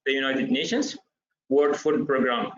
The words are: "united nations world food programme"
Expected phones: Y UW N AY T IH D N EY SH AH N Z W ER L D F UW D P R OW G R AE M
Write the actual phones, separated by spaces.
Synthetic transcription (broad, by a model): Y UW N AY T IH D N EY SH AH N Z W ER D F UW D P R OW G R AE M